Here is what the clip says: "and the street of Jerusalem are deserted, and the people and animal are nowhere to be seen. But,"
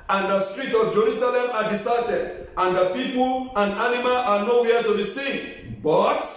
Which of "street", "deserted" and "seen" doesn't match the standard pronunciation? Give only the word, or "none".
deserted